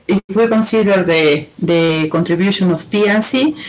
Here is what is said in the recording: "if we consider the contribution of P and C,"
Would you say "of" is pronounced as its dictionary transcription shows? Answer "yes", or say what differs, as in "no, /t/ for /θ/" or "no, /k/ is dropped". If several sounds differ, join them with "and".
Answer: no, /f/ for /v/